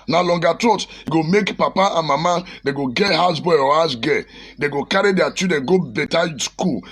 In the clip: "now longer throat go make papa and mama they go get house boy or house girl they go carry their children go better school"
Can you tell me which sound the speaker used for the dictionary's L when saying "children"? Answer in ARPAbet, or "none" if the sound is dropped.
none